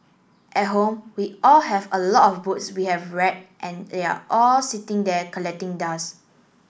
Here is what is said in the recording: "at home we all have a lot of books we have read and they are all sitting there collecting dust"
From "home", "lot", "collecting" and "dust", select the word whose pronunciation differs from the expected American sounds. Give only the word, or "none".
dust